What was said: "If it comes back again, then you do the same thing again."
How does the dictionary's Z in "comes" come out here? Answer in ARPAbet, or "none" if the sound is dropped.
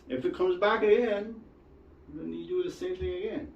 Z